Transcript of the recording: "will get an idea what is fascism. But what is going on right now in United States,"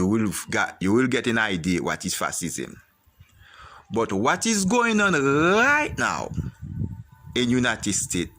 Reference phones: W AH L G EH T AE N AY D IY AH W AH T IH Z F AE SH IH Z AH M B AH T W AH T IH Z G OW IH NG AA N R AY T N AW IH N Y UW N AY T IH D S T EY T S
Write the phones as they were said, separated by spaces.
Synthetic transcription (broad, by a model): W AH L G EH T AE N AY D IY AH W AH T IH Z F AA S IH Z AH M B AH T W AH T IH Z G OW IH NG AA N R AY T N AW IH N Y UW N AY T IH D S T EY T